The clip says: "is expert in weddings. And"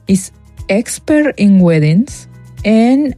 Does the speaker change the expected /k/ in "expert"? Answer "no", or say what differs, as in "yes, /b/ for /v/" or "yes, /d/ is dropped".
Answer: no